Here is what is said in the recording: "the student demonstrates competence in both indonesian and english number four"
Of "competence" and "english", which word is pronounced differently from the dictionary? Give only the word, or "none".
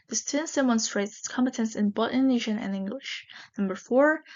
none